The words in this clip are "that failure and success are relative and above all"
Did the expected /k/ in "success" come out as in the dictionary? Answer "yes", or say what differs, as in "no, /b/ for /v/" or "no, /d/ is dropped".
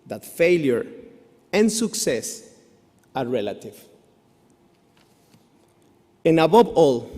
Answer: yes